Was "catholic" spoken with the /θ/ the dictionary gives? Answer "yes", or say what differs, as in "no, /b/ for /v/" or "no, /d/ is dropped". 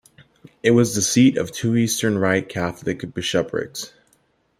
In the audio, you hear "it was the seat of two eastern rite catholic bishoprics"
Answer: yes